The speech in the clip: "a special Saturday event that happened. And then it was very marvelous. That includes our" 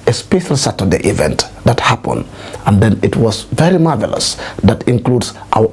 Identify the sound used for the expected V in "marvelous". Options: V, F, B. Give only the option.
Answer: V